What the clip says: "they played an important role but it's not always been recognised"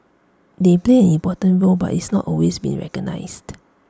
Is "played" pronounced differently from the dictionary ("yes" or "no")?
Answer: yes